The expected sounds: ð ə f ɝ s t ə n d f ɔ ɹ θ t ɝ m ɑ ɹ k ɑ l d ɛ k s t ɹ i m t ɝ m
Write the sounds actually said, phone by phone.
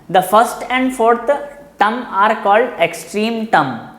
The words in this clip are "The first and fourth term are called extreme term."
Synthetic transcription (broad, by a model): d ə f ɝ s t ə n d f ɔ ɹ t t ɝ m ɑ ɹ k ɑ l d ɛ k s t ɹ i m t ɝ m